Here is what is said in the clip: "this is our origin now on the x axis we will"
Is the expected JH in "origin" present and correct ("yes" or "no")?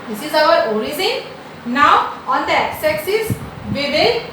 no